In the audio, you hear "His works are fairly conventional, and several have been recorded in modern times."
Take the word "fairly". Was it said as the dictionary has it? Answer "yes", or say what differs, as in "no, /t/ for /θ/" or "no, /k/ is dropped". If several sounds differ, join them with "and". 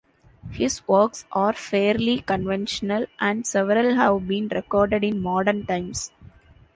yes